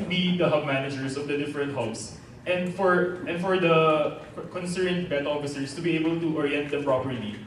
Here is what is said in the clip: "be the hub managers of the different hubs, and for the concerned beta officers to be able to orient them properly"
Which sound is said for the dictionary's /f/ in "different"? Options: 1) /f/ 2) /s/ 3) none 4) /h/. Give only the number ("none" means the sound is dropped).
1